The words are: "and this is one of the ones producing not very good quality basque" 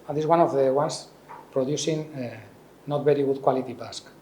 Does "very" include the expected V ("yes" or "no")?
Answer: no